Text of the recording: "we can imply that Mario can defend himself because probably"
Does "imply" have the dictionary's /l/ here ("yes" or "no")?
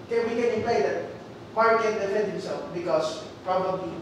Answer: no